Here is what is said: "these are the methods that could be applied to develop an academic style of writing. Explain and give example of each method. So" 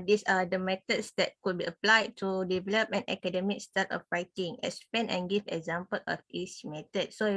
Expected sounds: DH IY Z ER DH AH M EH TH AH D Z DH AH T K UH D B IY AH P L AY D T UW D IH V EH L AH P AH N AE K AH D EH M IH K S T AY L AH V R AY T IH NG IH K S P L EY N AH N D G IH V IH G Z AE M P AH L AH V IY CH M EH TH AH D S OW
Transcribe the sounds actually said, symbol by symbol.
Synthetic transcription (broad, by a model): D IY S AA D AH M EH T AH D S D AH T K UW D B IY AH P L AY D T UW D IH V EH L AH P AH N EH K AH D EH M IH K S T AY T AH F R AY T IH NG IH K S P EY N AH N G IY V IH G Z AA M P AH L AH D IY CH M EH T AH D S OW